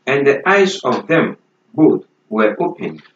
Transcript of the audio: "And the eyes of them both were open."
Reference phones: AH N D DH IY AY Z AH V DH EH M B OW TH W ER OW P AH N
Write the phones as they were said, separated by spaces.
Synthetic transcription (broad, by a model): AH N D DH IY AY Z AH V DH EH M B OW T W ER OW P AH N